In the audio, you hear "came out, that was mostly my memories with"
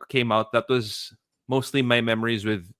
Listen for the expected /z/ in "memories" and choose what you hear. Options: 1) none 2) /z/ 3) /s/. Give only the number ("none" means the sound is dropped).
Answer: 2